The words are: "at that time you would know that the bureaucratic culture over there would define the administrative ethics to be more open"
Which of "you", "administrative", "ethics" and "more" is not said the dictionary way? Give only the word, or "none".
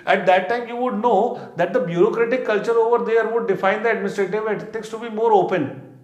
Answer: ethics